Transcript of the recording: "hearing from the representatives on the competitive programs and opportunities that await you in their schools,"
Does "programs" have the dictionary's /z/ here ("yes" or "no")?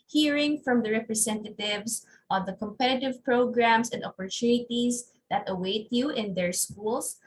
no